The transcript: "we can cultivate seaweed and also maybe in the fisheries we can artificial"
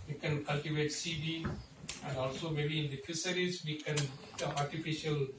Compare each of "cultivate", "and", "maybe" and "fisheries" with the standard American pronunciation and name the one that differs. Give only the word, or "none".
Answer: fisheries